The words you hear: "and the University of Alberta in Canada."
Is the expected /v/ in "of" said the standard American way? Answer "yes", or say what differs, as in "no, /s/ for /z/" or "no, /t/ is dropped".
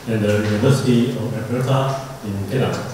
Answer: no, /f/ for /v/